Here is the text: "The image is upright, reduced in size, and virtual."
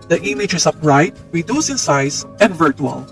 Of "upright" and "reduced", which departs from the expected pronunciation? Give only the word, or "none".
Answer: reduced